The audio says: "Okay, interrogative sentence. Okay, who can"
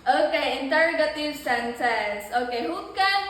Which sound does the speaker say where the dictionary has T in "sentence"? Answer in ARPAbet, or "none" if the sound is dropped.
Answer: S